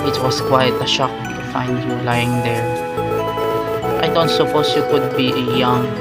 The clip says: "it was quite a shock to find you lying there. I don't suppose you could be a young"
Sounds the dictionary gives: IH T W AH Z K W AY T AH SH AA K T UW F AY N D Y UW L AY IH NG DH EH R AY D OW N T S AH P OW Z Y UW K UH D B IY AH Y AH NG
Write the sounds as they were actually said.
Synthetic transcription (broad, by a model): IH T W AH S K W AY T AH SH AA K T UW F AY N D Y UW L AY IH NG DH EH R AY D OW N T S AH P OW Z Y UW K UH D B IY AH Y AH NG